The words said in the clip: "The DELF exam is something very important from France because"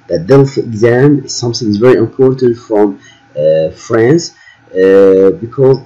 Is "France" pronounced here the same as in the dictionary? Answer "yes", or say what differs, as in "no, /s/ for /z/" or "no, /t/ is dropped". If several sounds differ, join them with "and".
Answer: yes